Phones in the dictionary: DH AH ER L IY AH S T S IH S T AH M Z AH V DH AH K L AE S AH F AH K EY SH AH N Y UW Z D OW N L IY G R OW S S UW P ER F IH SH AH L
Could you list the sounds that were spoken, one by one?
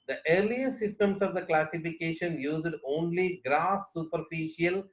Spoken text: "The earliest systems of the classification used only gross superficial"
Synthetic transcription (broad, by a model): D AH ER L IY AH T S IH S T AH M S AH V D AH K L AE S AH F AH K EY SH AH N Y UW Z D OW N L IY G R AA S S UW P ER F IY SH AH L